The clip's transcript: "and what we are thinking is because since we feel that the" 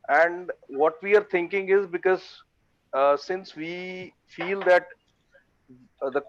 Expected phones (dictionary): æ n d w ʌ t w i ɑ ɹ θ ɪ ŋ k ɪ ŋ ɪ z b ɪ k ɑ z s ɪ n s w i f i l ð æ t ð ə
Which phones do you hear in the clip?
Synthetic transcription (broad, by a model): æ n d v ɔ t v i ɑ ɹ t ɪ ŋ k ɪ ŋ ɪ z b ɪ k ɑ z s ɪ n s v i f i l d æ t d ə